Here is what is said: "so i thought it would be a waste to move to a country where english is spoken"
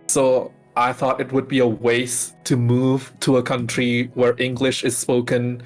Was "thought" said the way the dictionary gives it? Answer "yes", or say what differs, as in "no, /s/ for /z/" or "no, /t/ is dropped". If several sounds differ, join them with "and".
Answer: yes